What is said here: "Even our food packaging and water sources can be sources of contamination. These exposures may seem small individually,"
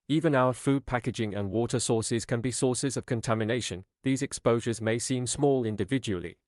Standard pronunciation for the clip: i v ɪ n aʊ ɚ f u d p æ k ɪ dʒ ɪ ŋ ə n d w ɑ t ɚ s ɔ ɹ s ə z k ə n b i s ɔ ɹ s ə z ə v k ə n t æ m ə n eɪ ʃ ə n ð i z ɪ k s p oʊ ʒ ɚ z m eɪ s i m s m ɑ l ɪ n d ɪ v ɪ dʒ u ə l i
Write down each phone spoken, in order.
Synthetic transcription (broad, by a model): i v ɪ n aʊ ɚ f u d p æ k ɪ dʒ ɪ ŋ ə n w ɑ t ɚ s ɔ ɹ s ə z k ə n b i s ɔ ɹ s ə z ə v k ə n t æ m ə n eɪ ʃ ə n ð i z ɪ k s p oʊ ʒ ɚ z m eɪ s i m s m ɑ l ɪ n d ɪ v ɪ dʒ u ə l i